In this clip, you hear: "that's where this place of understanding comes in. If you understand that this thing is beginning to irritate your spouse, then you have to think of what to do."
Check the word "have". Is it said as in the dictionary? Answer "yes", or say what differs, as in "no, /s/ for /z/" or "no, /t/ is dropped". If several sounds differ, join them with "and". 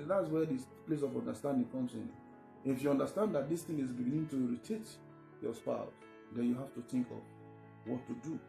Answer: no, /f/ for /v/